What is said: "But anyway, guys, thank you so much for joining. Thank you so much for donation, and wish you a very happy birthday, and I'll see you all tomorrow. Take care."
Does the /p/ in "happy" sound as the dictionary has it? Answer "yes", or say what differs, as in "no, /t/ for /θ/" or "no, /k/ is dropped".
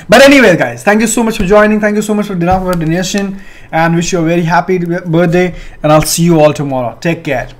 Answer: yes